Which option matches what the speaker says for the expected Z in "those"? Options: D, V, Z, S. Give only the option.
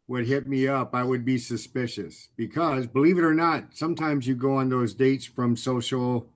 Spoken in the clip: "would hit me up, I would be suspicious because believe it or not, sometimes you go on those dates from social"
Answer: Z